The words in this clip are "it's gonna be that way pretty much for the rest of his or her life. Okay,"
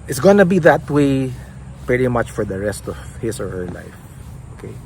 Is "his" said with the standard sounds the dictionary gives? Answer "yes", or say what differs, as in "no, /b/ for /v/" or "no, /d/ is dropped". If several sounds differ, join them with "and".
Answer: no, /s/ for /z/